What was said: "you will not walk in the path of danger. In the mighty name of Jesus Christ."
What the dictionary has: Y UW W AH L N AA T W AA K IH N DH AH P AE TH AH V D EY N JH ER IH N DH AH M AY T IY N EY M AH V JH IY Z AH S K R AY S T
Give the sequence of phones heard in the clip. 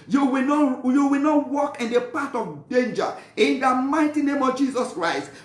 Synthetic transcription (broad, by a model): Y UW W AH W N AA T W AA K IH N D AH P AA T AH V D EY N JH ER IH N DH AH M AY T IY N EY M AH V JH IY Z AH S K R AY S T